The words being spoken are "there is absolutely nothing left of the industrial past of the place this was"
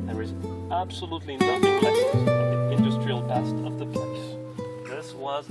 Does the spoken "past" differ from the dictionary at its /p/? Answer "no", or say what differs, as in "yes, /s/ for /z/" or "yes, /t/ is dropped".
yes, /b/ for /p/